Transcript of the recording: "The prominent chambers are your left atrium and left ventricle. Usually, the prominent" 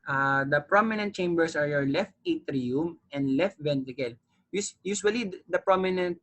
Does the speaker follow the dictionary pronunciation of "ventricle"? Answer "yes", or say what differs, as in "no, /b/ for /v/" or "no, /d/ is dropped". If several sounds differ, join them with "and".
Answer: no, /ɹ/ is dropped